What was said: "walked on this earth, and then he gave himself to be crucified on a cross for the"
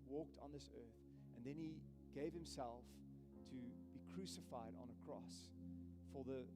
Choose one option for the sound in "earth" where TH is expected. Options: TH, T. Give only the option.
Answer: TH